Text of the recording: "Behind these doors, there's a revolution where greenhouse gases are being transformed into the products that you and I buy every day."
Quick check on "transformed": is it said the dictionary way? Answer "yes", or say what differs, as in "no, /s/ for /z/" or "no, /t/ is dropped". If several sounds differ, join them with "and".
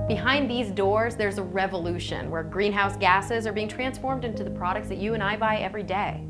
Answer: yes